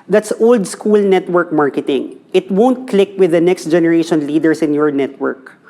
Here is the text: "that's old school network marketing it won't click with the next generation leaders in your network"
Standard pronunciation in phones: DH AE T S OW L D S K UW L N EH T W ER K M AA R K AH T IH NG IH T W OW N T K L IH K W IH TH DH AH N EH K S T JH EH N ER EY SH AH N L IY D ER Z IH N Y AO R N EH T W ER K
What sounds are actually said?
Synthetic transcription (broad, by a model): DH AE T S OW L D S K UW L N EH T W ER K M AA R K AH T IH NG IH T W OW N T K L IH K W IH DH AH N EH K S T JH EH N ER EY SH AH N L IY D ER S IH N Y AO R N EH T W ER K